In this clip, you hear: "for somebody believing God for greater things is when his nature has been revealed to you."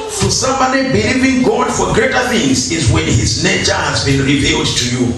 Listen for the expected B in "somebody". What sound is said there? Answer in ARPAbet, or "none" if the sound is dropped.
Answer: none